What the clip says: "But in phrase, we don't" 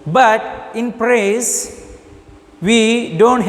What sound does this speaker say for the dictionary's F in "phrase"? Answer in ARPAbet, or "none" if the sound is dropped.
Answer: P